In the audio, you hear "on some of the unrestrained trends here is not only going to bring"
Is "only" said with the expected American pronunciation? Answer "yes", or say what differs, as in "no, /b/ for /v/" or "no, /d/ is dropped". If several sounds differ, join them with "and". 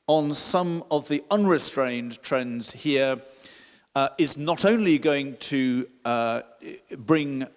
yes